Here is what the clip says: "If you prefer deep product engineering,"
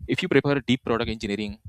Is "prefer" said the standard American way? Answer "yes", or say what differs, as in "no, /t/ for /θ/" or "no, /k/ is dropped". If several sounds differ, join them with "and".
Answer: no, /p/ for /f/